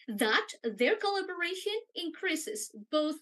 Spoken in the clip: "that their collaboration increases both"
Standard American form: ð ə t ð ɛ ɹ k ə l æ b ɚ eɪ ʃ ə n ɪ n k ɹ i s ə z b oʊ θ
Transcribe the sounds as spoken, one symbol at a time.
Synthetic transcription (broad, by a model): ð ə t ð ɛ ɹ k ə l æ b ɚ eɪ ʃ ə n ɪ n k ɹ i s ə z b oʊ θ